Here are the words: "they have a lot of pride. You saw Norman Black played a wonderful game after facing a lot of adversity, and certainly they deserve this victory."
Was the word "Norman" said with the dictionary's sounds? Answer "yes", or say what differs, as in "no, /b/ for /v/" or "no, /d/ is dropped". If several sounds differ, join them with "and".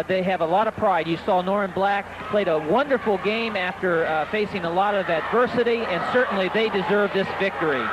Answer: no, /m/ is dropped